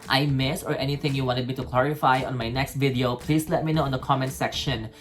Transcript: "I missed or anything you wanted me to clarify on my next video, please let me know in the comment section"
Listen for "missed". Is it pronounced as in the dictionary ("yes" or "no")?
no